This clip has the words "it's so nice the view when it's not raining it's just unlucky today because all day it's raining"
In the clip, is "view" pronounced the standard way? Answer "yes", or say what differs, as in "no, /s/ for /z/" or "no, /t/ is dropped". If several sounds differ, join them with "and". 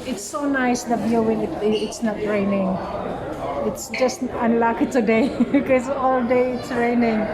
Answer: no, /b/ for /v/